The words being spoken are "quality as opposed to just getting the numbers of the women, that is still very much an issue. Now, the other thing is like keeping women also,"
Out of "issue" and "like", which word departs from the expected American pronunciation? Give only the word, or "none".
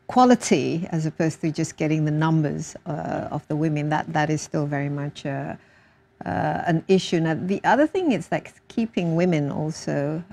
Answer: none